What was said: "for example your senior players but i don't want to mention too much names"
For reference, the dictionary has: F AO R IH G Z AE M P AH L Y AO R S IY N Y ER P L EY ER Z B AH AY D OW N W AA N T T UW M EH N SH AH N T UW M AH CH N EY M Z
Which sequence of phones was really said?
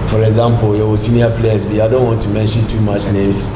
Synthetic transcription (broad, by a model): F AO R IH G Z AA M P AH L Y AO W S IY N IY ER P L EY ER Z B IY AY D OW N W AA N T T UW M EH N SH AH N T UW M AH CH N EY M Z